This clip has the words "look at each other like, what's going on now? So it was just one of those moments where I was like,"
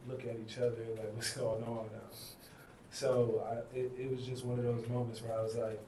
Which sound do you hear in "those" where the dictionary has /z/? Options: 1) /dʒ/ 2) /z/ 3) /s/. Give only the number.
2